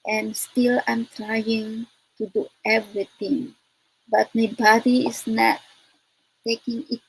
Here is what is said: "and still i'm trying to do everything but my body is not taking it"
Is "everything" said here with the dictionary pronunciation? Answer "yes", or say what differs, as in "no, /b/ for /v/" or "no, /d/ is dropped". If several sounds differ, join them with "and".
no, /t/ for /θ/